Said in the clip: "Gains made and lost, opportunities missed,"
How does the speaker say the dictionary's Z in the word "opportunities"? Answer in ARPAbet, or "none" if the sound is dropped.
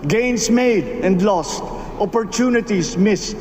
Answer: S